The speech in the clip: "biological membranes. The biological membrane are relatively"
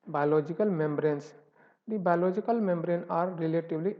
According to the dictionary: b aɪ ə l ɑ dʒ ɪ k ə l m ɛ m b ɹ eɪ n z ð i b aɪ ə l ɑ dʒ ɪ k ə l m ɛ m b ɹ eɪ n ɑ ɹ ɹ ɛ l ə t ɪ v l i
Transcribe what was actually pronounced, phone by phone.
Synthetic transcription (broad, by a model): b aɪ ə l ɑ dʒ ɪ k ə l m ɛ m b ɹ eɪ n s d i b aɪ ə l ɑ dʒ ɪ k ə l m ɛ m b ɹ eɪ n ɑ ɹ ɹ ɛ l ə t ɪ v l i